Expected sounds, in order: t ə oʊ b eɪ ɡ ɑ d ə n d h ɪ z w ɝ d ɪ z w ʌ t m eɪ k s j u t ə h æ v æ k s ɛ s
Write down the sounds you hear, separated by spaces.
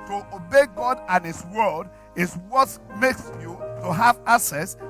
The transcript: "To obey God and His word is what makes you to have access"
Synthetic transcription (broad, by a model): t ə oʊ b eɪ ɡ ɑ d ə n h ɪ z w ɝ d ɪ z w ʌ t m eɪ k s j u t ə h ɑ v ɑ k s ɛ s